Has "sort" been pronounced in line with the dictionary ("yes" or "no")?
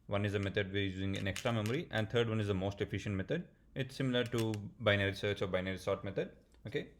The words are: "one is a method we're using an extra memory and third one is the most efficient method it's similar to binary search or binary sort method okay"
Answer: yes